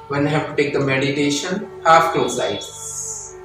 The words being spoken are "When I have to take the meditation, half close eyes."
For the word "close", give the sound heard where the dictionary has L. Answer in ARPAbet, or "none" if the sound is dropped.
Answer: none